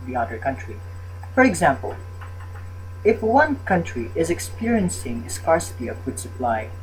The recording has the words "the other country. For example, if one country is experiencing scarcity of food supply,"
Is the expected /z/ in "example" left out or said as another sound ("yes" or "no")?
no